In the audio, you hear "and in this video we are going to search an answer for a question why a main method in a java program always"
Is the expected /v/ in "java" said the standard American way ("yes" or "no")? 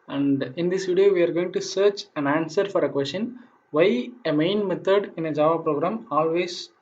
yes